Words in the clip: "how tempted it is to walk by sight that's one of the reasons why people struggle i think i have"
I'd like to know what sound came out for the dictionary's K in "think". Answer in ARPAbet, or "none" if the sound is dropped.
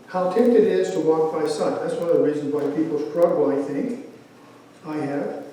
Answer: K